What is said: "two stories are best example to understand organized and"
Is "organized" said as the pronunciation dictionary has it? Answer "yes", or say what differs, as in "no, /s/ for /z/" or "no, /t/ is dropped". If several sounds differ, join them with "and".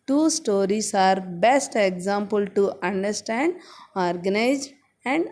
no, /d/ is dropped